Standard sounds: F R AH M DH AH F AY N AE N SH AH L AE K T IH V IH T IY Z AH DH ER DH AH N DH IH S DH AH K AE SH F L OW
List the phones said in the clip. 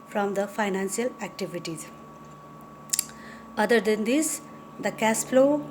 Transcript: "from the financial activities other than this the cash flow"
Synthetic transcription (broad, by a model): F R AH M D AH F AY N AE N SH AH L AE K T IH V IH T IY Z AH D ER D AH N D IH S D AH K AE S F L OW